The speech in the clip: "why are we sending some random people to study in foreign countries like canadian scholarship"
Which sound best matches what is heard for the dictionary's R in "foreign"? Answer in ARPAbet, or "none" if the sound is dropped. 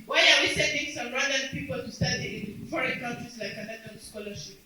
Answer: R